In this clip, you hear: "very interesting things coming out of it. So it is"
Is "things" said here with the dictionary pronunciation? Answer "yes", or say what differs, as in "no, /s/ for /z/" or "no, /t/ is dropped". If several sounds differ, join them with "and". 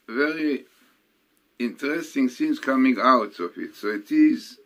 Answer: no, /s/ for /θ/